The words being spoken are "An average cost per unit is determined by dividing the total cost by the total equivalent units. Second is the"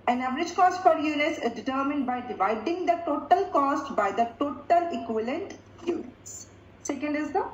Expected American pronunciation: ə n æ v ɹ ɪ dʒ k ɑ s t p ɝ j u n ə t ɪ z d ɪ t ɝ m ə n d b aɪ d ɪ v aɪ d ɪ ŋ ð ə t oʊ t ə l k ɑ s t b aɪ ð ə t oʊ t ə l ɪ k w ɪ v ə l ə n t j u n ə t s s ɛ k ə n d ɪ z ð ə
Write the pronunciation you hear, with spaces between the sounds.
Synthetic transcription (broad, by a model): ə n æ v ɹ ɪ dʒ k ɑ s t f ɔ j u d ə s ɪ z d ɪ t ɝ m ə n d b aɪ d ɪ v aɪ d ɪ ŋ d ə t oʊ t ə l k ɑ s t b aɪ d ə t oʊ t ə l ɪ k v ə l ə n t j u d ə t s s ɛ k ə n d ɪ z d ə